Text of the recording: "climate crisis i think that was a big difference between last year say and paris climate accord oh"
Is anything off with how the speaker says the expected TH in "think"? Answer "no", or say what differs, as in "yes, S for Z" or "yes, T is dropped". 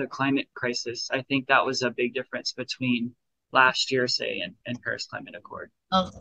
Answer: no